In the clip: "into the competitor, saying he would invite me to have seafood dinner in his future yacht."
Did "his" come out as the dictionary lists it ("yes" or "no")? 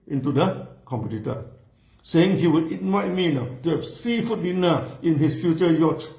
no